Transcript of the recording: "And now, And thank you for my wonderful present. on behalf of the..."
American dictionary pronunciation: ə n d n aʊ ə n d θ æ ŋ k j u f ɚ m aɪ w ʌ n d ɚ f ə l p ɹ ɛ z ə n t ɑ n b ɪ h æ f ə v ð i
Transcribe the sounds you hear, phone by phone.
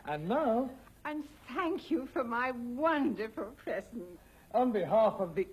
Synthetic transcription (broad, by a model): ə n n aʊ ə n θ æ ŋ k j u f ɚ m aɪ w ʌ n d ɚ f ə l p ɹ ɛ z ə n t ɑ n b ɪ h æ f ə v ð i